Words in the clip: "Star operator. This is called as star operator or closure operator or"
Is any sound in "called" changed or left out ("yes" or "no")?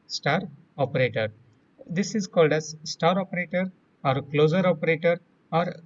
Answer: no